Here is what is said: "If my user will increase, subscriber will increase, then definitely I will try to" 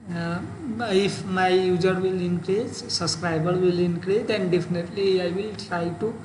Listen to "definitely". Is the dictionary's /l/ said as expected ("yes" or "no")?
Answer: yes